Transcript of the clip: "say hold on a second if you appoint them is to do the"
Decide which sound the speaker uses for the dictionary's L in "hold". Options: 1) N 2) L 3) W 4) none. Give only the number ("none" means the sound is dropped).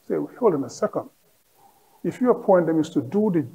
2